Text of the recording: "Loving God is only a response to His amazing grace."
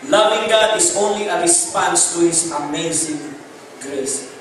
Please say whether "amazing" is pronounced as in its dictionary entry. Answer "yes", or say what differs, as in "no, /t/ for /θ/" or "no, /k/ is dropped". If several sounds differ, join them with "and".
yes